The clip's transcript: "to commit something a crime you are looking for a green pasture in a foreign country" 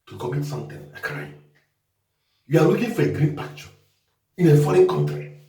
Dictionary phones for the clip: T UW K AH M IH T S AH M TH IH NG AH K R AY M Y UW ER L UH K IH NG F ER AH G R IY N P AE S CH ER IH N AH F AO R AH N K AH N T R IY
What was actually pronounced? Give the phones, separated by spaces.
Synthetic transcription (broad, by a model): T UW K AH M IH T S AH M T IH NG AH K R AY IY Y UW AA L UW K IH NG F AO AH G R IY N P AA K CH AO IH N AH F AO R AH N K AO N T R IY